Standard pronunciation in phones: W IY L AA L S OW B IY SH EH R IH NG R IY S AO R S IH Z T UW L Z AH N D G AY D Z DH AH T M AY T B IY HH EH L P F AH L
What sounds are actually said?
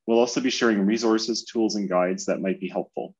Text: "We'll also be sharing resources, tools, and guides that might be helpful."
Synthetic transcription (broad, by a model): W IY L AA L S OW B IY SH EH R IH NG R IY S AO R S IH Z T UW L Z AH N G AY D Z DH AH T M AY T B IY HH EH L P F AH L